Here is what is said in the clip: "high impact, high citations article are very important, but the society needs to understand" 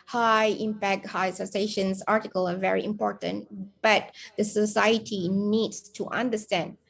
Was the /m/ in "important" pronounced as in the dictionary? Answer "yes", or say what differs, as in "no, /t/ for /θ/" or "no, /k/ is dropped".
yes